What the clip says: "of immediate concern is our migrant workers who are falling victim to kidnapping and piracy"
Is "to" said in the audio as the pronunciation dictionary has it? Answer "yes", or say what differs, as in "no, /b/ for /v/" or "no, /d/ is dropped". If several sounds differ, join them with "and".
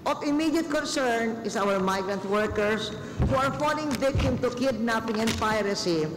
yes